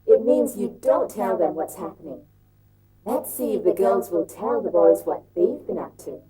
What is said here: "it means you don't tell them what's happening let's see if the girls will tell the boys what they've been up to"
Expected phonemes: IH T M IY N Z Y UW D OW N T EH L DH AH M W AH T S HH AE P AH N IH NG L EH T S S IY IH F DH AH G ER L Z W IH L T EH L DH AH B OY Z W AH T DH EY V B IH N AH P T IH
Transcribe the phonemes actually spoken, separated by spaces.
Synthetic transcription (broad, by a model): IH T M IY N Z Y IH D OW N T EH L DH AH M W AH T S HH AE P AH N IH NG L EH T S S IY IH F DH AH G ER L Z W IH L T EH L DH AH B OY Z W AH T DH EY V B IH N AH P T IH